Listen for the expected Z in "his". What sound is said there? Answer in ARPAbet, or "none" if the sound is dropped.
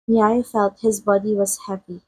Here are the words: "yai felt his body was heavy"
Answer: Z